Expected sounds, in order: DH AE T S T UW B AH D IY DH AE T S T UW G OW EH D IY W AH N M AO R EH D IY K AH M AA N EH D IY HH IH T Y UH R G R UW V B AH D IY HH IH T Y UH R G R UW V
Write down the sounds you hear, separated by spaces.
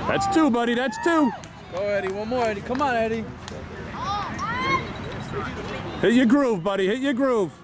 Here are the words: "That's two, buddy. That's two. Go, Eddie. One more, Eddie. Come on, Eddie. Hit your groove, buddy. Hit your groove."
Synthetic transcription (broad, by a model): DH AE T S T UW B AH D IY DH AE T S T UW G OW EH D IY W AH N M AO R EH D IY K AH M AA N EH D IY HH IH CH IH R G R UW V B AH D IY HH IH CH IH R G R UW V